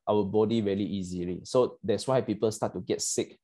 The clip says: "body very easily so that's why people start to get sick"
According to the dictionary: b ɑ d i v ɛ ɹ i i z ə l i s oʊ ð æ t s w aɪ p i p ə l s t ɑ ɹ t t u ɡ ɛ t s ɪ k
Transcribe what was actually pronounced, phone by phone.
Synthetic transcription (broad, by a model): b ɑ d i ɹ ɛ l i i z ə l i s oʊ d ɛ t s w aɪ p i p ə l s t ɑ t t u ɡ ɛ t s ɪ k